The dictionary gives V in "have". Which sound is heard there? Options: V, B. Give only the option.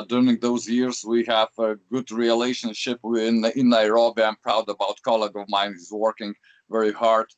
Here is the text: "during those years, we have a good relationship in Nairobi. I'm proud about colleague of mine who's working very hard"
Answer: V